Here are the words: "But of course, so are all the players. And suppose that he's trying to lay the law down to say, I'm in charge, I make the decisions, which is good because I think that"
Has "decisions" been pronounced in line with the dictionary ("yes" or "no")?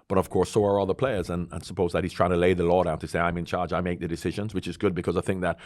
yes